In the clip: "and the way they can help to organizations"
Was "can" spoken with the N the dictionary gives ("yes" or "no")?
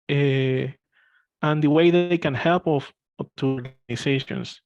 yes